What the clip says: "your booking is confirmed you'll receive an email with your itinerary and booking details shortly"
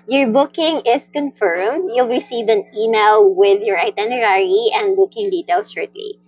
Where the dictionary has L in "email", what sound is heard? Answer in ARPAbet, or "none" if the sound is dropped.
L